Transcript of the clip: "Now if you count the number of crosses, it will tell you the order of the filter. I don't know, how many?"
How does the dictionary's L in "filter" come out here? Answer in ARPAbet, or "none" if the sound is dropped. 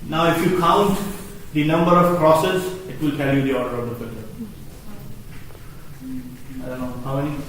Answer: none